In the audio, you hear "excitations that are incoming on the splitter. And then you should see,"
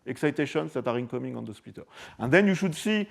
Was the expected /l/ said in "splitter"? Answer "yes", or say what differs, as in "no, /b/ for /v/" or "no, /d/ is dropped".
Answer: no, /l/ is dropped